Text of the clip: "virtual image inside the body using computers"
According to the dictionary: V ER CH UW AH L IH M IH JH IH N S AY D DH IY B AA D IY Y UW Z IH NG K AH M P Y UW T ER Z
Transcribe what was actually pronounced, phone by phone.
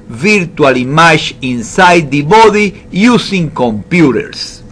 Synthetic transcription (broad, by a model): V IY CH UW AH L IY M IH SH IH N S AY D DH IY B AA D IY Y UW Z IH NG K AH M P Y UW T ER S